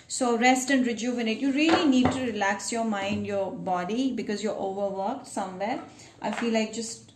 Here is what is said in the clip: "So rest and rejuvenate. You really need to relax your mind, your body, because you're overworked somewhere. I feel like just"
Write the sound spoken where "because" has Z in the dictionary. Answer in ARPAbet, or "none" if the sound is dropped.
Z